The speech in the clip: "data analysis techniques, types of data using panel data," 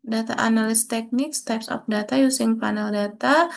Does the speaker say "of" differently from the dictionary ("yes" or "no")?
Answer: yes